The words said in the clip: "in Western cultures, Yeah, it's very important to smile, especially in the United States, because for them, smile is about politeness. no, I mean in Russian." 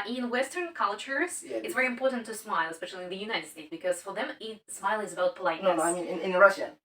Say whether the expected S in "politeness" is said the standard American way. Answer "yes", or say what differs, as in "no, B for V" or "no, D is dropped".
no, S is dropped